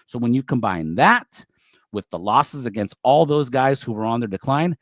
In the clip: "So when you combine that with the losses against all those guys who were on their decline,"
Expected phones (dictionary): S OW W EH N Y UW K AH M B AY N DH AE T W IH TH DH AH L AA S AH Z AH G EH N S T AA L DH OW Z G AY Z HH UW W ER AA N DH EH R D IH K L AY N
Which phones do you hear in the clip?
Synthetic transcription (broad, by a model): S OW W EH N Y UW K AH M B AY N DH AE T W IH DH AH L AA S AH Z AH G EH N S T AA L DH OW Z G AY Z HH UW W ER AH N DH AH R D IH K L AY N